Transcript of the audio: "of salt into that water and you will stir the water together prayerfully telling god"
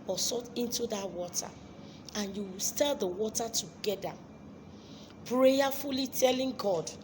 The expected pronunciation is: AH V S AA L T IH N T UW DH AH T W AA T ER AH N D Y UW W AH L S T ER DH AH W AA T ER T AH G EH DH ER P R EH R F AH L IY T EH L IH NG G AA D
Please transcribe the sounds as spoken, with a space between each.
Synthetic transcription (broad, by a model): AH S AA T IH N T UW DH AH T W AA T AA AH N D Y UW W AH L S T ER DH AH W AA T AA T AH G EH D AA P R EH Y F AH L IY T EH L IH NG G AA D